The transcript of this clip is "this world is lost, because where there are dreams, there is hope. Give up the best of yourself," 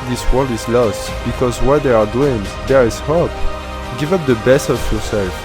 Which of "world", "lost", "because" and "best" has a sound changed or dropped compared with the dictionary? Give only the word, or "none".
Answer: none